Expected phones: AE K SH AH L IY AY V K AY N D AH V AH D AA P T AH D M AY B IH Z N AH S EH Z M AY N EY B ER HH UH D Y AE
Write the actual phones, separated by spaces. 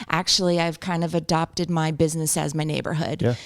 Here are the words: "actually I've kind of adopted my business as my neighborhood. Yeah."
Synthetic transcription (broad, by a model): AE K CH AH L IY AY V K AY N D AH V AH D AA P T AH D M AY B IH Z N AH S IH Z M AY N EY B ER HH UH D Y